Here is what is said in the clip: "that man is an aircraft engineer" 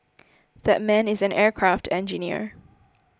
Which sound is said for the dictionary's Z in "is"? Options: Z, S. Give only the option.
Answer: Z